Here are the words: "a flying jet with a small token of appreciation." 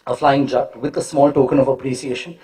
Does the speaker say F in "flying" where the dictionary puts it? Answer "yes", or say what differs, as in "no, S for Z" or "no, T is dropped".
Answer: yes